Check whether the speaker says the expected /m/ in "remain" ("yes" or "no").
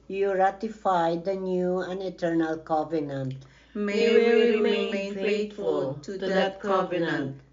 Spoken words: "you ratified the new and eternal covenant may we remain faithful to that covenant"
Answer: no